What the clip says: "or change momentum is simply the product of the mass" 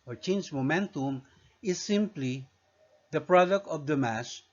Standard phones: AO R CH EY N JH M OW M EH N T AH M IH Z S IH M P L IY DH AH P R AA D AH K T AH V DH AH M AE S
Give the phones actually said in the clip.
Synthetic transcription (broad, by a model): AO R CH EY N JH M OW M EH N T AH M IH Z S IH M P L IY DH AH P R AA D AH K T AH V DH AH M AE S